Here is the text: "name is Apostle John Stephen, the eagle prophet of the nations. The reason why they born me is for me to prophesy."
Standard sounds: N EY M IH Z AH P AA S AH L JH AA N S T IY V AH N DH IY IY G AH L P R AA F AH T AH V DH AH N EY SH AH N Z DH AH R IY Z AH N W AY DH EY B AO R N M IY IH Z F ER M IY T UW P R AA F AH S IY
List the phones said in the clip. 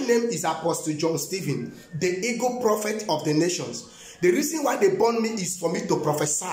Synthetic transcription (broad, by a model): N EY M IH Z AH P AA S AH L JH AA N S T IY V AH N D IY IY G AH P R AA F AH T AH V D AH N EY SH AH N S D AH R IY Z AH N W AY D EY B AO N M IY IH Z F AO M IY T UW P R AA F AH S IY